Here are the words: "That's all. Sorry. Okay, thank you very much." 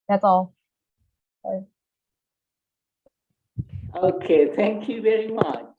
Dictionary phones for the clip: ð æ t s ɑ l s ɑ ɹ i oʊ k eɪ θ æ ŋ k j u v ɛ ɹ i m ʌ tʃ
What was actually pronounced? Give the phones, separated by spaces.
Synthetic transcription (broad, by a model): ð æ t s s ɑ i oʊ k eɪ θ æ ŋ k j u v ɛ ɹ i m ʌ tʃ